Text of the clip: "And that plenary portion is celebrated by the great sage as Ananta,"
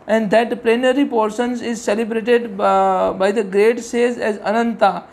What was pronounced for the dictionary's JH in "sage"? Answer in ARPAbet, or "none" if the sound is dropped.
Z